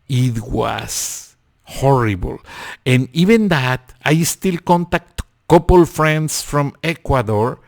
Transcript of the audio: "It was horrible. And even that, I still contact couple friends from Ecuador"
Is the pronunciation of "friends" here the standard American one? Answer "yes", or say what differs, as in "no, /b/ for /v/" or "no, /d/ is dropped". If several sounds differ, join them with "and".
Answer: no, /s/ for /z/